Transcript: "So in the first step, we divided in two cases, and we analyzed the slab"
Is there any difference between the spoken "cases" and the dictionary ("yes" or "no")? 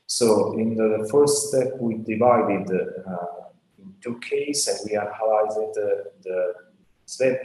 yes